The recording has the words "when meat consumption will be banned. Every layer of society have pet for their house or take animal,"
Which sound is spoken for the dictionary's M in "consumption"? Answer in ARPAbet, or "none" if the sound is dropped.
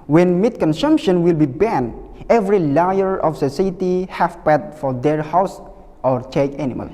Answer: M